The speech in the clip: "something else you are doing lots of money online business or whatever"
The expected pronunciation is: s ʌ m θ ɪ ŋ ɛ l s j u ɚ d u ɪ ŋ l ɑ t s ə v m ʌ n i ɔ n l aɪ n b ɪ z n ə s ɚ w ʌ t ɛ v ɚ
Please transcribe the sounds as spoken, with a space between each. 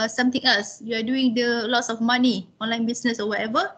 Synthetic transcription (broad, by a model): s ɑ m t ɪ ŋ ɛ l s j u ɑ d u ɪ ŋ l ɑ t s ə f m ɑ n i ɔ n l aɪ n b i s n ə s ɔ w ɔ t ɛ v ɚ